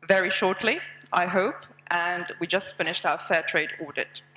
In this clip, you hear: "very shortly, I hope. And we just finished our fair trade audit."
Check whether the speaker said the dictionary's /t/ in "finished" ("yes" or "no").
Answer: yes